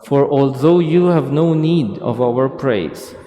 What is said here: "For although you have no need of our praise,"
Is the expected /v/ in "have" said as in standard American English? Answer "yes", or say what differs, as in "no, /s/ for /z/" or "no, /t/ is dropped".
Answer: yes